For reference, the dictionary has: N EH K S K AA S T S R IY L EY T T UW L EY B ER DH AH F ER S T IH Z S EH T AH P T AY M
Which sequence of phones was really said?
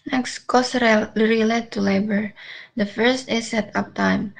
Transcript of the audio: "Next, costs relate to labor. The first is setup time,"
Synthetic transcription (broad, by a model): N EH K S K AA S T R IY L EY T T UW L EY B ER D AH F ER S T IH S EH T AH P T AY M